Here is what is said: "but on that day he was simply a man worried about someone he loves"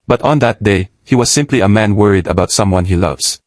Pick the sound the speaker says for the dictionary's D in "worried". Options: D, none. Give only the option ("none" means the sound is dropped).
D